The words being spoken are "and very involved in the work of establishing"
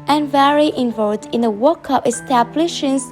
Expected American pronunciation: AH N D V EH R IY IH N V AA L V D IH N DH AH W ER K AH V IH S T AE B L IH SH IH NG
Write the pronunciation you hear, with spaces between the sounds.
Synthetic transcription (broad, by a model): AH N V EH R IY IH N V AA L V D IH N DH AH W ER K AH P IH S T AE B L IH SH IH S